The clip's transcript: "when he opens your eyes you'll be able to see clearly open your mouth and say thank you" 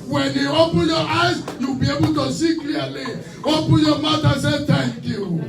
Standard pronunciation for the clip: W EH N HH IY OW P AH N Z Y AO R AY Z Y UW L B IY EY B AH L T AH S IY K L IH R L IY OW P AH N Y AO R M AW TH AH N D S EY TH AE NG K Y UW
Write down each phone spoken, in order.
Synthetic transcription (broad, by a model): W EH N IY OW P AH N Y AO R AY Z Y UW B IY EY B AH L T AH S IY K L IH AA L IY OW P AH N Y AO M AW T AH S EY T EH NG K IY